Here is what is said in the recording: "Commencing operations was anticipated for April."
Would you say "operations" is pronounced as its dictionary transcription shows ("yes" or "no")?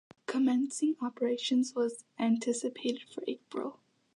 yes